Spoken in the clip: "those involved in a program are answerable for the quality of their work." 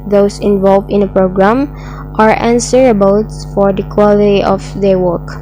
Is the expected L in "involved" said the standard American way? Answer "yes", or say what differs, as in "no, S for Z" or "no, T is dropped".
yes